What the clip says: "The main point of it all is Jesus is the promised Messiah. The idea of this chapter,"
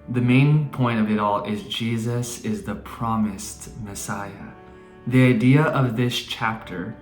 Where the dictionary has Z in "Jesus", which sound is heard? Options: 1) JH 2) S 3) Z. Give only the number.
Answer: 3